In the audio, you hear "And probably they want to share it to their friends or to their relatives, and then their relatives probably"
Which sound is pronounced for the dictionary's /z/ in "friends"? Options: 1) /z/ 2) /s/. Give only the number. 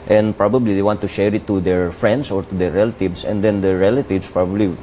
2